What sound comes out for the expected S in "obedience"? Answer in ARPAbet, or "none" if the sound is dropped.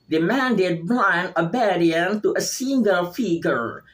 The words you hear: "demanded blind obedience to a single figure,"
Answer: none